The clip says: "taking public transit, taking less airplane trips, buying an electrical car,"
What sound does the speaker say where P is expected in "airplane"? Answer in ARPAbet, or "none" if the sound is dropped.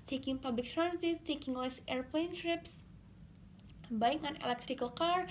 P